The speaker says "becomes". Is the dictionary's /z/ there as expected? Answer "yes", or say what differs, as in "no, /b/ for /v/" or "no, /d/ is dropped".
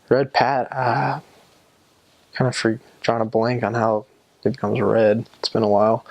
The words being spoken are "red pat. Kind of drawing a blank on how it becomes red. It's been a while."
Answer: yes